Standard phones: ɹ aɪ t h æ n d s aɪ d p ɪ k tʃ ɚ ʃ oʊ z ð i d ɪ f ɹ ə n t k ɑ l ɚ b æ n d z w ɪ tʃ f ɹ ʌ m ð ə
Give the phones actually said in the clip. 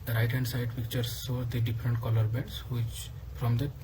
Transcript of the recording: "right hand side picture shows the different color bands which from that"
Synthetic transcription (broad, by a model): ɹ aɪ t h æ n d s aɪ d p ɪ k tʃ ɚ s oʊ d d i d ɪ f ɹ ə n t k ɑ l ɚ b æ n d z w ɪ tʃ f ɹ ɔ m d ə